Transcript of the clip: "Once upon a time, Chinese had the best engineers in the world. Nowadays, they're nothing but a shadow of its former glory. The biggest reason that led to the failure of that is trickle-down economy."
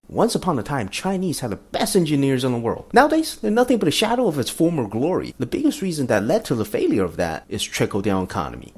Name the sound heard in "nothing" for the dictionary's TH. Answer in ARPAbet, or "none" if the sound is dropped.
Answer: TH